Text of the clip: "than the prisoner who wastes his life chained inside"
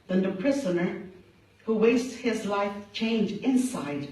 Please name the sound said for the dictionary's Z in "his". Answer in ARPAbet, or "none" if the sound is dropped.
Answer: Z